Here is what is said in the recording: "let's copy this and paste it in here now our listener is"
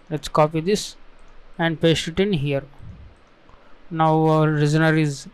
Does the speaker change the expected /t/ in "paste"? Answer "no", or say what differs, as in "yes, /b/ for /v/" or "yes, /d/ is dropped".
yes, /t/ is dropped